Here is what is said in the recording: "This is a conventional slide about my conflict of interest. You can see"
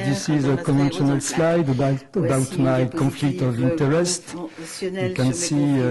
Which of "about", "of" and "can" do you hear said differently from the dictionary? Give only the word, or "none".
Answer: none